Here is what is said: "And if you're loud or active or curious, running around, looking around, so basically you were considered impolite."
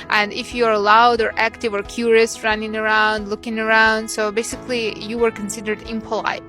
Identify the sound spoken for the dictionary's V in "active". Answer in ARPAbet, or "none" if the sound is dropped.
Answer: V